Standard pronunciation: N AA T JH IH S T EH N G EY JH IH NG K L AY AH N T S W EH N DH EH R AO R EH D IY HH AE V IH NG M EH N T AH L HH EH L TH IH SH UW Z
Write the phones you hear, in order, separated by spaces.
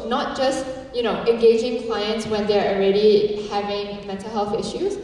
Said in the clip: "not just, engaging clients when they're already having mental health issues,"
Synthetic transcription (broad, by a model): N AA T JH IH S T EH N G EY JH IH NG K L AY AH N T S W EH N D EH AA AO R EH D IY HH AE V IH NG M EH N T AH L HH EH L TH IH SH UW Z